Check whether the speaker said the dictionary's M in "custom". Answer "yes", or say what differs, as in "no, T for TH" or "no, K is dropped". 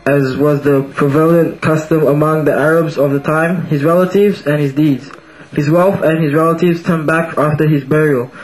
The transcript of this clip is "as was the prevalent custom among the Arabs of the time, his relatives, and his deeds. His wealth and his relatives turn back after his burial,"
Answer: yes